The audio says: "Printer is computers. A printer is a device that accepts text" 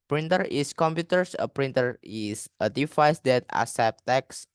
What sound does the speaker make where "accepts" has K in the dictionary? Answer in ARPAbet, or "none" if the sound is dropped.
none